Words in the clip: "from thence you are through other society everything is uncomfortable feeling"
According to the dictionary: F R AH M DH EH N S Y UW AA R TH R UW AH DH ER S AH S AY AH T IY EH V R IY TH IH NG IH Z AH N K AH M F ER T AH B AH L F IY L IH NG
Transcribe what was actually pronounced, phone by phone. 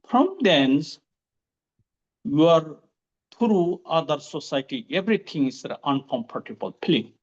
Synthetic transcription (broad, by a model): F R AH M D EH N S Y UW AA R T R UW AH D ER S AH S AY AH T IY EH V R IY T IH NG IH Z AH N K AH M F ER T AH B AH L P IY L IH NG